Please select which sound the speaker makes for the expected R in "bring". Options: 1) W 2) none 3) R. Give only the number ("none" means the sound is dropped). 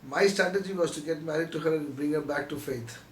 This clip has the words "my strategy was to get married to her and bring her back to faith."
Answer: 3